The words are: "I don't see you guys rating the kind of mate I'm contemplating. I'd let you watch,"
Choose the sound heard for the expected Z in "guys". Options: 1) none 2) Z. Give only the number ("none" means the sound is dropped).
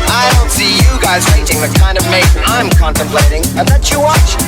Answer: 2